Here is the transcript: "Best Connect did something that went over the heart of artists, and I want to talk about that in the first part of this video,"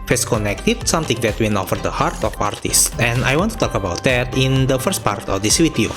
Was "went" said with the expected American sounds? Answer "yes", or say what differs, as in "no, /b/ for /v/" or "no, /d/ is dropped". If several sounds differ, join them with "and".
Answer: no, /t/ is dropped